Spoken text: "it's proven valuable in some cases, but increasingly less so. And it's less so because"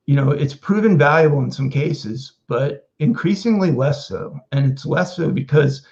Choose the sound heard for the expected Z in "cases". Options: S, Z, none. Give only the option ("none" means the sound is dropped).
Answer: Z